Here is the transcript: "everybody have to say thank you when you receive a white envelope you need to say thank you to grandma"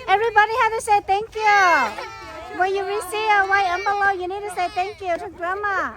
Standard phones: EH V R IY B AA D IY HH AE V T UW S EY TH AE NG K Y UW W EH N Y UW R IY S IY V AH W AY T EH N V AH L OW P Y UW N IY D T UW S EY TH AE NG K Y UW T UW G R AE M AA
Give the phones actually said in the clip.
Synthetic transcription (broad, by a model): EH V R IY B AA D IY HH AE T UW S EY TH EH NG K Y UW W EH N Y UW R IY S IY AH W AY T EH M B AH L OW Y UW N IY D T UW S EY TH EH NG K Y UW T UW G R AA M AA